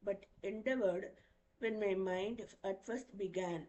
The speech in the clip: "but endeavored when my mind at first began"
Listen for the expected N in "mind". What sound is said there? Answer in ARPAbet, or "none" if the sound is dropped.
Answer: N